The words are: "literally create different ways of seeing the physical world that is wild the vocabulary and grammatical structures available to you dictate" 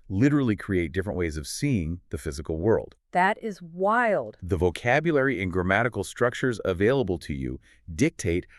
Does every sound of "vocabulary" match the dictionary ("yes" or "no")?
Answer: yes